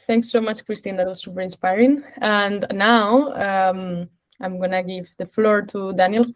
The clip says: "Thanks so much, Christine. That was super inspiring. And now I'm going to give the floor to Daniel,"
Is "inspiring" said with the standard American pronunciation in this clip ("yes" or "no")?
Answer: yes